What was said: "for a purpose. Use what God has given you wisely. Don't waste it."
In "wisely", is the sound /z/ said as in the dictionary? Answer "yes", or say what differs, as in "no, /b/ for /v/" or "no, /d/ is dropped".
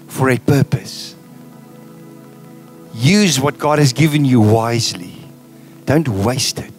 yes